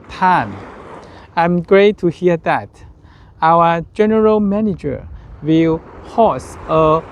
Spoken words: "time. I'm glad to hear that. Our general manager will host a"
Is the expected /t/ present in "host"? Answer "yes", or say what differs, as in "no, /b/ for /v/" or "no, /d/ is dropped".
no, /t/ is dropped